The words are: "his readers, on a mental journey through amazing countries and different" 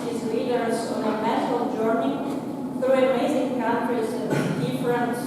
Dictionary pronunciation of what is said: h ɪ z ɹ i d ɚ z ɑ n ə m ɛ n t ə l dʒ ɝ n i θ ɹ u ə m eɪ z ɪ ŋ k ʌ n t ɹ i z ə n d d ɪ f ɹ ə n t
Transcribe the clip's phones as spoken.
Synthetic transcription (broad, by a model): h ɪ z l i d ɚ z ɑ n ə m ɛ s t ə l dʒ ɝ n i θ ɹ u ə m eɪ z ɪ ŋ k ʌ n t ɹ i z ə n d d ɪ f ɹ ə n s